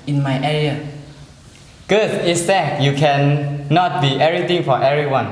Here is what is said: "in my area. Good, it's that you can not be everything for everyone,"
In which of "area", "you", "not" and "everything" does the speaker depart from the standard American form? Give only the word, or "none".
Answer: everything